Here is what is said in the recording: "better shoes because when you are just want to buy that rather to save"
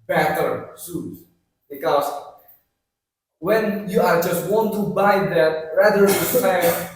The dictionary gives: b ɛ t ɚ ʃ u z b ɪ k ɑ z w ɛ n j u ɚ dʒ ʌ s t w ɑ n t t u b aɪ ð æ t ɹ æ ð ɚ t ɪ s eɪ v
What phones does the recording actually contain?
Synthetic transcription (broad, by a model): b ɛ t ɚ s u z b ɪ k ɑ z w ɛ n j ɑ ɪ dʒ ʌ s t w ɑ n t t u b aɪ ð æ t ɹ æ ð ɚ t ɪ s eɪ